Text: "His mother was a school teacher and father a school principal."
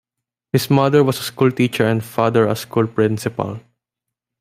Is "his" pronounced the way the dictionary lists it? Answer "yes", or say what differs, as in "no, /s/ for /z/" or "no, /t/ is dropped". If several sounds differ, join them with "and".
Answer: no, /s/ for /z/